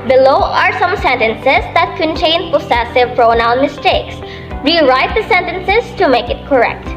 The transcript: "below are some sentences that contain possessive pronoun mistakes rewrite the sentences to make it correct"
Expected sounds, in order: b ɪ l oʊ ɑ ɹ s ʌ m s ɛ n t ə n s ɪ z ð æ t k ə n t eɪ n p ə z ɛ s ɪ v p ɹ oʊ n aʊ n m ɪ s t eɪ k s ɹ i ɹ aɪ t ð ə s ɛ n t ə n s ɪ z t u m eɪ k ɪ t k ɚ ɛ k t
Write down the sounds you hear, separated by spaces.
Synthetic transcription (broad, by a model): b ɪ l oʊ ɑ ɹ s ʌ m s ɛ n t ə n s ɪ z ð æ t k ə n t eɪ n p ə s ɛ s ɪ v p ɹ oʊ n aʊ n m ɪ s t eɪ k s ɹ i ɹ aɪ t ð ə s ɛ n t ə n s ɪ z t u m eɪ k ɪ t k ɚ ɛ k t